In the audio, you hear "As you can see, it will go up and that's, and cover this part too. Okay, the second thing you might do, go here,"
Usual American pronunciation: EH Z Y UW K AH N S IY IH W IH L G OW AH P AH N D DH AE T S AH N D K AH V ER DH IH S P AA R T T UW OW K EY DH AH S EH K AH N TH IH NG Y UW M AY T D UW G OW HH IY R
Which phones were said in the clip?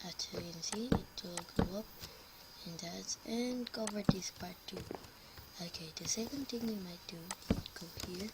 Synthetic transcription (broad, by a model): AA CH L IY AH N S IY IH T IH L G OW AH P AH N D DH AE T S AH N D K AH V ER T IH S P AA R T T UW OW K EY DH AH S EH K AH N T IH NG Y UW M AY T D UW G OW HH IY R